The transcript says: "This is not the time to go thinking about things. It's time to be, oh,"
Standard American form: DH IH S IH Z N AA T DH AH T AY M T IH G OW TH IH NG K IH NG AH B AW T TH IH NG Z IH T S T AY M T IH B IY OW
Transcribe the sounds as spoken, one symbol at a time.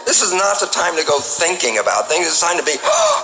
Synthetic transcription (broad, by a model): DH IH S IH Z N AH T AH T AY M T IH G OW TH IH NG K IH NG AH B AW T TH IH NG Z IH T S AY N T IH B IY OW